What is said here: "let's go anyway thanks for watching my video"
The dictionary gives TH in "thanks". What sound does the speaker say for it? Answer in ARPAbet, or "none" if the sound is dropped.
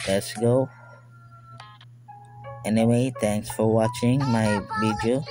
T